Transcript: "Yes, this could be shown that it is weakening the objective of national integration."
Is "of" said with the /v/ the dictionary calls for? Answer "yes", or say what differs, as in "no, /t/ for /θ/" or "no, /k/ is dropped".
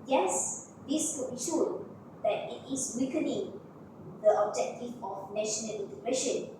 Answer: no, /f/ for /v/